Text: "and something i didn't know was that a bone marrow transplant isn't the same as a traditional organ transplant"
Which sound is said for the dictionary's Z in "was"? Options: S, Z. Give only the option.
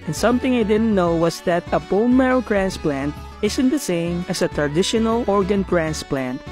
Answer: S